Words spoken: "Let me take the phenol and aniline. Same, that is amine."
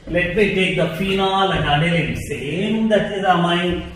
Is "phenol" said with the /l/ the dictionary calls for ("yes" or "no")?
yes